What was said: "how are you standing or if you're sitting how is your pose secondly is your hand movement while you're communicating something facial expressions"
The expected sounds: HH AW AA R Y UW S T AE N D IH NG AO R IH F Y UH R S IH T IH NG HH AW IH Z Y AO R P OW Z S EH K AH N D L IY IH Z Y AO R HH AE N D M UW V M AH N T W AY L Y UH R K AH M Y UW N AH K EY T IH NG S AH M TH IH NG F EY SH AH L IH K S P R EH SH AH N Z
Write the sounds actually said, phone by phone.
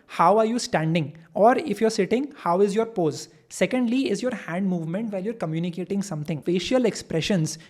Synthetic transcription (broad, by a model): HH AW AA R Y UW S T AE N D IH NG AO R IH F Y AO R S IH T IH NG HH AW IH Z Y AO R P OW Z S EH K AH N D L IY IH Z Y AO R HH AE N D M UW V M AH N T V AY L Y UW R K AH M Y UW N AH K EY T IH NG S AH M T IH NG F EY SH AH L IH K S P R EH SH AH N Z